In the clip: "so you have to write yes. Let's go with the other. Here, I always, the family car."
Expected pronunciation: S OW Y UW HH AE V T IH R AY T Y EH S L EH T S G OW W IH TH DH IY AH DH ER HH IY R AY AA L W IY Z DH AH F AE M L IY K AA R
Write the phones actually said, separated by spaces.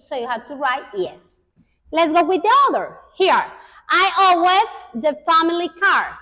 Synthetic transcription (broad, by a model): S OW Y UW HH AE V T IH R AY T Y EH S L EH T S G OW W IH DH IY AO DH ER HH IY R AY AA W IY S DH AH F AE M L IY K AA R